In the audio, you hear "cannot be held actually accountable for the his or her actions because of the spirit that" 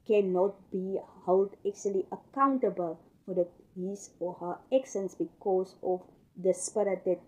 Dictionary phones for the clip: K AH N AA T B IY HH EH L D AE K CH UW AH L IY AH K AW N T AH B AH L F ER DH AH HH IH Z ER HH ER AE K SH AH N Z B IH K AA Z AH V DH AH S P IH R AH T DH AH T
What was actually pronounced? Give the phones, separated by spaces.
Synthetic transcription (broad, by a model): K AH N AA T B IY HH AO L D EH K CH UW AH L IY AH K AW N T AH B AH L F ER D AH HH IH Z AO HH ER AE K S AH N S B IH K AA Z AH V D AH S P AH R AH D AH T